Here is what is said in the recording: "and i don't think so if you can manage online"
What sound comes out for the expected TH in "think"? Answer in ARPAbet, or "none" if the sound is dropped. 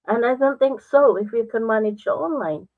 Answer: TH